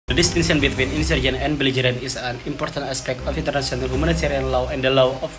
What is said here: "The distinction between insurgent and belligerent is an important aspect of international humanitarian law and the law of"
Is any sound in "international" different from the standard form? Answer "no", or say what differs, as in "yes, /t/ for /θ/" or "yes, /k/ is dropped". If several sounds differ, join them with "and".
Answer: yes, /s/ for /ʃ/